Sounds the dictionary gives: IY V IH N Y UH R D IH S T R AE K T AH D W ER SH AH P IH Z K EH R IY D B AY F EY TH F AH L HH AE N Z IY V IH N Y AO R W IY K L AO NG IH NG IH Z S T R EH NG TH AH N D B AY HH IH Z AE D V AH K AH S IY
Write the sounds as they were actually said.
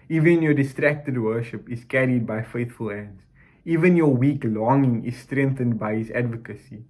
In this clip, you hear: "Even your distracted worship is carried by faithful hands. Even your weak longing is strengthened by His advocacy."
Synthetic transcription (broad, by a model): IY V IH N Y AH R D IH S T R AE K T AH D W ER SH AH P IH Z K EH R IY D B AY F EY TH F AH L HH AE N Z IY V IH N Y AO W IY K L AO NG IH NG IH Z S T R EH NG TH AH N D B AY HH IH Z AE D V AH K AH S IY